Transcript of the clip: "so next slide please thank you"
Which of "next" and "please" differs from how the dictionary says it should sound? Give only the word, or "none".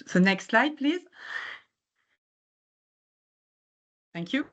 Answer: none